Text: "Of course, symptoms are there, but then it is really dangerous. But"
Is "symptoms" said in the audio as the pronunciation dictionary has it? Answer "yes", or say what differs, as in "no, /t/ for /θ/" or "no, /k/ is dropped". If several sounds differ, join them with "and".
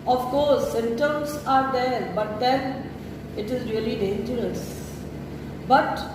no, /p/ is dropped